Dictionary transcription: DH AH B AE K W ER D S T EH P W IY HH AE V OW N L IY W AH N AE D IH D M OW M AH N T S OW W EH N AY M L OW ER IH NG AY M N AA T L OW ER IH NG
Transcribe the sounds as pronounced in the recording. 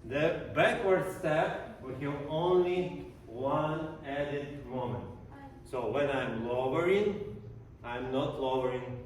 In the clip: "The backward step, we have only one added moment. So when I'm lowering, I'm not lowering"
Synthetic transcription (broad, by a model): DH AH B AE K W ER D S T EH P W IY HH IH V OW N L IY W AH N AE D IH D M OW M AH N T S OW W EH N AY M L OW ER IH NG AY M N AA T L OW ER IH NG